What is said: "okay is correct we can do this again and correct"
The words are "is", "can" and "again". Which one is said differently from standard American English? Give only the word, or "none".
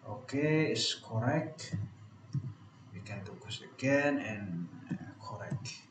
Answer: is